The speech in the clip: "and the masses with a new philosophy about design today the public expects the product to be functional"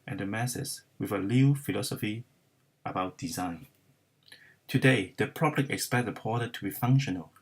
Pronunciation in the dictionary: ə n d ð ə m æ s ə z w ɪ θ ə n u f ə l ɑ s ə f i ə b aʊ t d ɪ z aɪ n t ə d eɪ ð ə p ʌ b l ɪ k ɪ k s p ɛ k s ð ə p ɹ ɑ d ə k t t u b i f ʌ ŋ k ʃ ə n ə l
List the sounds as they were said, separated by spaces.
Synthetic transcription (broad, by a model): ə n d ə m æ s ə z w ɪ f ə l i f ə l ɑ s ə f i ə b aʊ t d ɪ z aɪ n t ə d eɪ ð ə p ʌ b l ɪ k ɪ k s p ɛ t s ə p ɑ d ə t t u b i f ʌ ŋ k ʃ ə n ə l